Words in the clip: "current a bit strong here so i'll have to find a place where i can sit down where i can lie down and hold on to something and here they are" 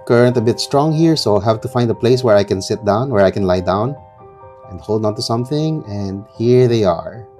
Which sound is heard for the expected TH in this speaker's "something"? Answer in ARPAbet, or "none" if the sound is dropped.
TH